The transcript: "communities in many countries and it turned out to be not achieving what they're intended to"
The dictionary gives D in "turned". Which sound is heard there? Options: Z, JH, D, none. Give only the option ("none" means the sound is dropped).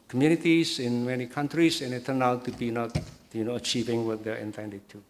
none